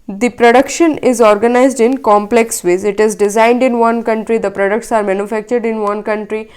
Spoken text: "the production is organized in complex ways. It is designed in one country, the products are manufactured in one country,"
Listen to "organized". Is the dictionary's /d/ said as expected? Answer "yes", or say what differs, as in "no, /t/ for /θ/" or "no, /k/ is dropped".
yes